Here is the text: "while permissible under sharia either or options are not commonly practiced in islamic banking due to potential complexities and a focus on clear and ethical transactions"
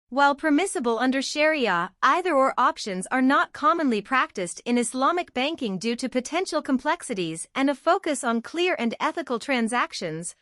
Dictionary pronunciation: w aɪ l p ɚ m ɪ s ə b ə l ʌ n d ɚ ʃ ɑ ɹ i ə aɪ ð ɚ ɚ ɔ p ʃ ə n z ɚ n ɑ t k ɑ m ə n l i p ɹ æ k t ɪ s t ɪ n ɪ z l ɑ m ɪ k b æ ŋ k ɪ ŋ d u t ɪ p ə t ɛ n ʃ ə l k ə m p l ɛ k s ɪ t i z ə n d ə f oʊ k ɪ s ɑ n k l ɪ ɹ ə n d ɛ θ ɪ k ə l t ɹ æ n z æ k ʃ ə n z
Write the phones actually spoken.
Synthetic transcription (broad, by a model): w aɪ l p ɚ m ɪ s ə b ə l ʌ n d ɚ ʃ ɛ ɹ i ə aɪ ð ɚ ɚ ɔ p ʃ ə n z ɚ n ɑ t k ɑ m ə n l i p ɹ æ k t ɪ s t ɪ n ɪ s l ɑ m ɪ k b æ ŋ k ɪ ŋ d u t ɪ p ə t ɛ n ʃ l k ə m p l ɛ k s ɪ t i z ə n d ə f oʊ k ɪ s n k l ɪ ɹ ə n d ɛ θ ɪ k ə l t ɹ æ n z æ k ʃ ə n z